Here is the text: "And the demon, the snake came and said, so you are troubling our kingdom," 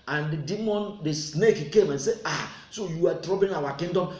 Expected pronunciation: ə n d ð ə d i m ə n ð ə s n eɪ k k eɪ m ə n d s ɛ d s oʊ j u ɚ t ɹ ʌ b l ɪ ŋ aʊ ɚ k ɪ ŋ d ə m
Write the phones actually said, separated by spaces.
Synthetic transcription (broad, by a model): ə n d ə d i m ə n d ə s n eɪ k k eɪ m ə n s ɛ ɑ s oʊ j u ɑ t ɹ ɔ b ɪ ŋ aʊ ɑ k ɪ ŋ d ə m